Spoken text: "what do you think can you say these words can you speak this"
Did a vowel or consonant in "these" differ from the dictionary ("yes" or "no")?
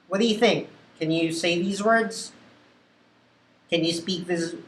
no